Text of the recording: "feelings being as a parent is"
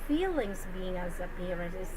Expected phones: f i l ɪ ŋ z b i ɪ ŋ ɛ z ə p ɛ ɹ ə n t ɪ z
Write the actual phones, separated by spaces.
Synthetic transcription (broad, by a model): f i l ɪ ŋ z b i ɪ ŋ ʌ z ə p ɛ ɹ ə t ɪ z